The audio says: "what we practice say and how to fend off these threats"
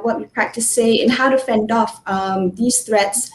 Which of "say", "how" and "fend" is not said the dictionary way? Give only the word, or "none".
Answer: none